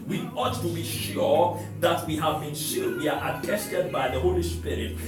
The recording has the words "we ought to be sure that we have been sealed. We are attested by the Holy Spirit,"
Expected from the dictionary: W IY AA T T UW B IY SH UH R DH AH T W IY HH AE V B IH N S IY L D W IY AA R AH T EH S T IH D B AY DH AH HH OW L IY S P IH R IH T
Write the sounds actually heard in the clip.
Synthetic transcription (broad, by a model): W IY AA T T UW B IY SH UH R DH AH T W IY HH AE V B IH N SH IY D W IY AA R AH T EH S T IH D B AY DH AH HH OW L IY S P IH R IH T